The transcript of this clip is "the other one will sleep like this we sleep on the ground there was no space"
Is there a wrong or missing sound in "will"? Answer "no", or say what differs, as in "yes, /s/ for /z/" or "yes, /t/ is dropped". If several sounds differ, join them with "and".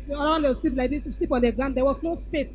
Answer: yes, /w/ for /l/